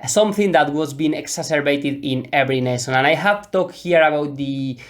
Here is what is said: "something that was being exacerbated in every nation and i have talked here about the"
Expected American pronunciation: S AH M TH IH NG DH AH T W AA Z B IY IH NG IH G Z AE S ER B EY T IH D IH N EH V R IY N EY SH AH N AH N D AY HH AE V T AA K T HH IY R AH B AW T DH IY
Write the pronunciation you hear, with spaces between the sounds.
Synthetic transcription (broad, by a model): S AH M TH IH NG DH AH T W AA Z B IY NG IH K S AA S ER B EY T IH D IH N EH V R IY N EY SH AH N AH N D AY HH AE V T AA K T HH IY R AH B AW T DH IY